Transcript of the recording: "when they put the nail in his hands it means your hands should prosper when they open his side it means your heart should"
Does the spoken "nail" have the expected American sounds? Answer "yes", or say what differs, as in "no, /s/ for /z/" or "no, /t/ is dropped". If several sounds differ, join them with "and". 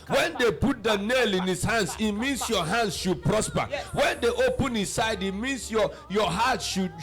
yes